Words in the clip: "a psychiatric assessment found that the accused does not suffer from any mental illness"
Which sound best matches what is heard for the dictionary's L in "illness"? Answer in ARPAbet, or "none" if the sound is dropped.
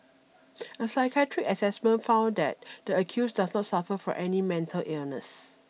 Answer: L